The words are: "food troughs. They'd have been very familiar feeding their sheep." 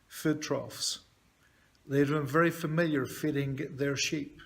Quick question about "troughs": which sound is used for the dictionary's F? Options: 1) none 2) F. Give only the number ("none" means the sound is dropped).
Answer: 2